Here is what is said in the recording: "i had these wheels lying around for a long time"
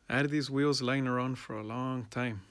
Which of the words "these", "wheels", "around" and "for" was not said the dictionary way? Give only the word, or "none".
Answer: none